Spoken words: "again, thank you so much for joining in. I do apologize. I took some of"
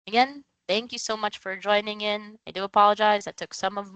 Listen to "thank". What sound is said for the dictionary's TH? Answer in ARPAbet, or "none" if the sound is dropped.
TH